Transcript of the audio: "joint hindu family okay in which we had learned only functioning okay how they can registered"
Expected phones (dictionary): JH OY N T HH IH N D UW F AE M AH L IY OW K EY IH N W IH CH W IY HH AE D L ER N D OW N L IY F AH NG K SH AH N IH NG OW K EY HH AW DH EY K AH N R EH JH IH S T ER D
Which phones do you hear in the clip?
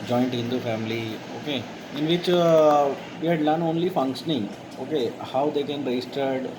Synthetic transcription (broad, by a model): JH OY N T HH IH N D UW F AE M AH L IY OW K EY IH N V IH CH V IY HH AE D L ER N OW N L IY F AH NG K SH AH N IH NG OW K EY HH AW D EY K AH N R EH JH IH S T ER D